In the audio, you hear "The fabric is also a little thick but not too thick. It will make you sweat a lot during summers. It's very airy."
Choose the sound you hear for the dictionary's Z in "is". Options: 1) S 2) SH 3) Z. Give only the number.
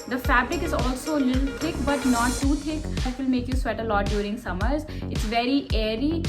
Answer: 3